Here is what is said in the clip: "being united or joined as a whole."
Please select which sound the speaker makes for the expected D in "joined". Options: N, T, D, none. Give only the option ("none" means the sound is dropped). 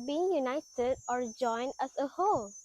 D